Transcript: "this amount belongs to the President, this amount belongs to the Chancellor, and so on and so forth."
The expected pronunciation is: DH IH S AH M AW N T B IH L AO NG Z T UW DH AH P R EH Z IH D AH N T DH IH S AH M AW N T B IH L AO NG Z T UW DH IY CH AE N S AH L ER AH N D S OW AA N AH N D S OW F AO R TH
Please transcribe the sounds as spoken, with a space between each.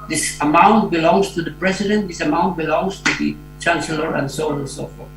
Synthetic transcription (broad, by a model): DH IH S AH M AW N T B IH L AO NG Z T UW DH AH P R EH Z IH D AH N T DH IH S AH M AW N T B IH L AO NG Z T UW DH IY CH AE N S AH L ER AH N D S OW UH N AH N S OW F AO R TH